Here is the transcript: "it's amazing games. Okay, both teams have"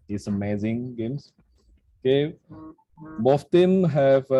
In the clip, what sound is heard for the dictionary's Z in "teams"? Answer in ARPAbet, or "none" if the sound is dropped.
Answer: none